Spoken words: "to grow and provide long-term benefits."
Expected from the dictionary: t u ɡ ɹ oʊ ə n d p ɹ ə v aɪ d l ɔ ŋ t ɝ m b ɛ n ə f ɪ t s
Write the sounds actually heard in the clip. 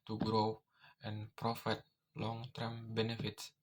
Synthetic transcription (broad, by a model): t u ɡ ɹ oʊ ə n p ɹ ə f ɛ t l ɔ ŋ t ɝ m b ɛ n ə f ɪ t s